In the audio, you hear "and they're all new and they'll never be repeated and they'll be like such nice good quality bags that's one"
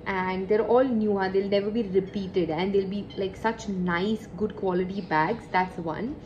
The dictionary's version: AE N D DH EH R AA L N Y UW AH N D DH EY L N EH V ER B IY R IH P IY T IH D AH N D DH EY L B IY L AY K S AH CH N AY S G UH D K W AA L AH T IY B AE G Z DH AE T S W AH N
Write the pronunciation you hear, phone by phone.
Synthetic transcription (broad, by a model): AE N D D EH R AA L N Y UW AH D EY L N EH V ER B IY R IH P IY T IH D AH N D EY L B IY L AY K S AH CH N AY S G UH D K W AA L AH T IY B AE G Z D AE T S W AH N